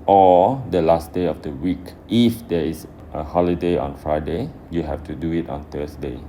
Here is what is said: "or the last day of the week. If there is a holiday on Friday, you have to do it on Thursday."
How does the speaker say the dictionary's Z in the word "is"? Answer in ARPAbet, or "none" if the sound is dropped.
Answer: S